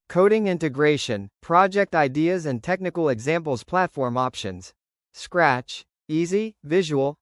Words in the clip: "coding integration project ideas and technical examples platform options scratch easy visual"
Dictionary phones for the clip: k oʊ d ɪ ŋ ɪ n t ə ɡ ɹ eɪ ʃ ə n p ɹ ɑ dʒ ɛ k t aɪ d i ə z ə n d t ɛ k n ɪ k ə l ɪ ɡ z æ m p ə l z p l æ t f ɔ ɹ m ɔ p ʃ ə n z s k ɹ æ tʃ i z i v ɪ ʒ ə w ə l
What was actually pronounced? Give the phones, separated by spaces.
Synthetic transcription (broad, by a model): k oʊ d ɪ ŋ ɪ n t ə ɡ ɹ eɪ ʃ ə n p ɹ ɑ dʒ ɛ k t aɪ d i ə z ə n t ɛ k n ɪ k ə l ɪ ɡ z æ m p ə l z p l æ t f ɔ ɹ m ɔ p ʃ ə n z s k ɹ æ tʃ i z i v ɪ ʒ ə w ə l